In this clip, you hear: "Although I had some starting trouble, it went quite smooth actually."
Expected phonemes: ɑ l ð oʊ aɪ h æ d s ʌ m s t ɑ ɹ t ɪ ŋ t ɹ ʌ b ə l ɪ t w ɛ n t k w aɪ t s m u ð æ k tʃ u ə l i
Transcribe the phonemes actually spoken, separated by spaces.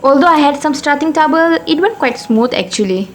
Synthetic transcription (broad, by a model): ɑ l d oʊ aɪ h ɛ d s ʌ m s t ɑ t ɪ ŋ t ɑ b ə l ɪ t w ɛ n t k w aɪ t s m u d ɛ k tʃ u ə l i